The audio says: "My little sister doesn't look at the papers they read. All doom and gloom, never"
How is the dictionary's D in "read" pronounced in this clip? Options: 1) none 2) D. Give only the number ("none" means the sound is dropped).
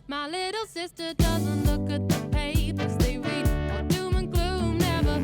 1